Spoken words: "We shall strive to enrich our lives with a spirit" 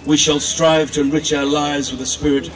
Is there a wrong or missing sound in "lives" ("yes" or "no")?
no